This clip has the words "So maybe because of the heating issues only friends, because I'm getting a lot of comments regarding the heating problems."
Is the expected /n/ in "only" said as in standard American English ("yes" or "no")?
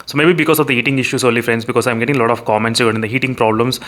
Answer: no